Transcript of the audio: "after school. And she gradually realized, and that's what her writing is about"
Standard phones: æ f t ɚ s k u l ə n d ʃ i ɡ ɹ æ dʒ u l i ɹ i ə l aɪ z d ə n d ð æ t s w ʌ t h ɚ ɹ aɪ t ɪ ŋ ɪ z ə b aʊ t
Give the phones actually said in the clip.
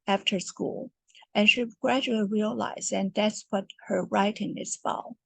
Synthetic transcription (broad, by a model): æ f t ɚ s k u l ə n ʃ i ɡ ɹ æ dʒ u l i ɹ i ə l aɪ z ə n ð æ t s w ʌ t h ɚ ɹ aɪ t ɪ ŋ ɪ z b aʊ